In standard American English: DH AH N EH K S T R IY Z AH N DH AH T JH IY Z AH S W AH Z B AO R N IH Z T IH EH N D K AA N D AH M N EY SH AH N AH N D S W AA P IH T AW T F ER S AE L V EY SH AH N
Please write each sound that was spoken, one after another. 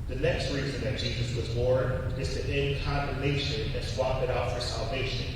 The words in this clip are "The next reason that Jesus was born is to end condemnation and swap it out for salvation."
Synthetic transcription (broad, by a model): DH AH N EH K S T R IY Z AH N DH AH T JH IY Z AH S W AH Z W AO R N IH Z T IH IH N K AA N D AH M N EY SH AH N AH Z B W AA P IH T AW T F ER S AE L V EY SH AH N